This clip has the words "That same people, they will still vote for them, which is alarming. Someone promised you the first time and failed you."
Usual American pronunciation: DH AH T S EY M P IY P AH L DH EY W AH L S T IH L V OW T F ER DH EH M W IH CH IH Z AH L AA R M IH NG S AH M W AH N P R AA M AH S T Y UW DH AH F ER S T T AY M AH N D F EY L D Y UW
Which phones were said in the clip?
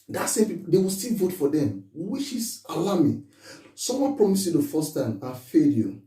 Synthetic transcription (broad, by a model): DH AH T S EY M P IY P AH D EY W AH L S T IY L V OW T F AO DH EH M W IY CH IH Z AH L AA M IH S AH M W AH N P R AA M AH S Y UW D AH F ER S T T AY M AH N F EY D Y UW